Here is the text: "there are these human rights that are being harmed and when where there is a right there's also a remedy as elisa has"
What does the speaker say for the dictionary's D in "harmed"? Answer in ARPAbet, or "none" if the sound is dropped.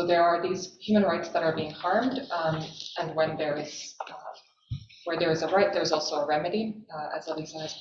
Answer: D